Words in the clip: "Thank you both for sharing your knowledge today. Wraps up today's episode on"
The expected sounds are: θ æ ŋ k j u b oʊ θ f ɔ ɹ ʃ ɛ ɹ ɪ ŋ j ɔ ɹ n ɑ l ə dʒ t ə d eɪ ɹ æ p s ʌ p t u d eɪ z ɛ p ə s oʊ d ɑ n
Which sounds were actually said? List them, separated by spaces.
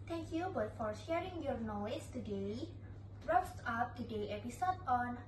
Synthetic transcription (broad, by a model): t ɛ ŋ k j u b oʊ t f ɔ ɹ ʃ ɛ ɹ ɪ ŋ j ɔ ɹ n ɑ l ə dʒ t ə d eɪ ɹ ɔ f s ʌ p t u d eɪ ɛ p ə s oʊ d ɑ n